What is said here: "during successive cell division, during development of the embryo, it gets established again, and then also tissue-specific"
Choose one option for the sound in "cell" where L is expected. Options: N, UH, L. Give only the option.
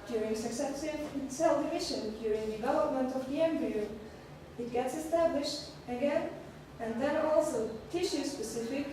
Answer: L